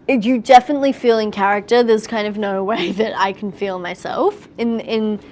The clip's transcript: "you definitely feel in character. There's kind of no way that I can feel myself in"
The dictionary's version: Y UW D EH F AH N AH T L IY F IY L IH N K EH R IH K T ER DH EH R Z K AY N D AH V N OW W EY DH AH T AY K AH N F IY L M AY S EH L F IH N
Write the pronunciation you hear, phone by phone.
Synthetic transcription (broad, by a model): Y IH D EH F AH N AH T L IY F IY L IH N K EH R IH K T ER DH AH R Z K AY N D AH V N OW W EY DH AH T AY K N F IY L M AY S EH L F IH N